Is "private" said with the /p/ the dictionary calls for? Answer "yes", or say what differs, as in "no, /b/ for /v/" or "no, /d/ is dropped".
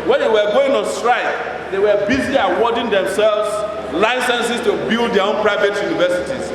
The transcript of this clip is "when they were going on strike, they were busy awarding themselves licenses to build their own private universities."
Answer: yes